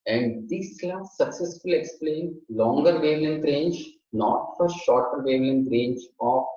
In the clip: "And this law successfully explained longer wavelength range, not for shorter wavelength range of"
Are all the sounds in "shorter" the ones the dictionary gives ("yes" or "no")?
yes